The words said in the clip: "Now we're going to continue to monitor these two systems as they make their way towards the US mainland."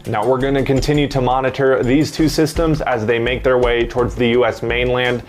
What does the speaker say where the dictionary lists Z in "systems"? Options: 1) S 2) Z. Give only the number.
2